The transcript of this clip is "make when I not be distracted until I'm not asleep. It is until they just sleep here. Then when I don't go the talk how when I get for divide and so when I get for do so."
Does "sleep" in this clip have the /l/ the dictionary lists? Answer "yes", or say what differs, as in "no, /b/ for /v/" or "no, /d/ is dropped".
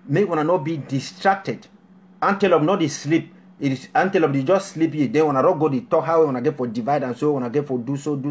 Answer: yes